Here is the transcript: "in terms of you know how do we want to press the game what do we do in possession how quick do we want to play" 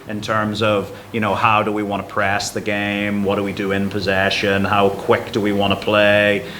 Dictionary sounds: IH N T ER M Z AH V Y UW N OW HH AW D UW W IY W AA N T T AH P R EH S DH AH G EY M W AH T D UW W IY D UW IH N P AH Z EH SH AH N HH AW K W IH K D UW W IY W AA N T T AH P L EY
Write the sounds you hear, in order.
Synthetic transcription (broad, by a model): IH N T ER M Z AH V Y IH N OW HH AW D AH W IY W AA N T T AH P R EH S DH AH G EY M W AH T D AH W IY D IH IH N P AH Z EH SH AH N HH AW K W IH K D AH W IY W AA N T T AH P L EY